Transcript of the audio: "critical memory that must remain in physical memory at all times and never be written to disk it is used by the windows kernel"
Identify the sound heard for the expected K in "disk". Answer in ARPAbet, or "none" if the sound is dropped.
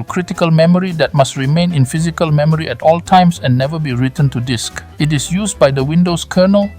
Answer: K